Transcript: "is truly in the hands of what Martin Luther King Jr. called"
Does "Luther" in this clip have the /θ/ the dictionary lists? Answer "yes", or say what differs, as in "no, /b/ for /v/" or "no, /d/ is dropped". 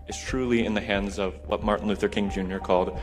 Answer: yes